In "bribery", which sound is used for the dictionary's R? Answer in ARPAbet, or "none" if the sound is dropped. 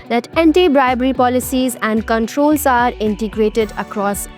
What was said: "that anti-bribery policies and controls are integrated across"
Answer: R